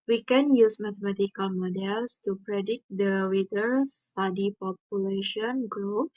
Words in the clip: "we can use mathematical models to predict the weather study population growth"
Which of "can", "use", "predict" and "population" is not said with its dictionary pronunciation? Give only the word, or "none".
predict